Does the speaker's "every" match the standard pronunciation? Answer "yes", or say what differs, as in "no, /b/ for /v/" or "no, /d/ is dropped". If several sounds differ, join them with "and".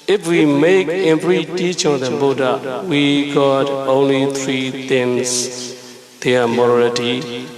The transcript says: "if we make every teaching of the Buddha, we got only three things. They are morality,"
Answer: no, /p/ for /v/